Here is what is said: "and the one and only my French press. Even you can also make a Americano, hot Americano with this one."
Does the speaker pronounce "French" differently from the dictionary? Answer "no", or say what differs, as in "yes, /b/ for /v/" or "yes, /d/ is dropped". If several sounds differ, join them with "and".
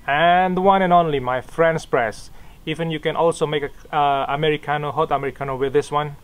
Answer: yes, /s/ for /tʃ/